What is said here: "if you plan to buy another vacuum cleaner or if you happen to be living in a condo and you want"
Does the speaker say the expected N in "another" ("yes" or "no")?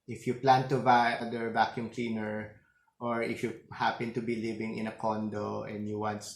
no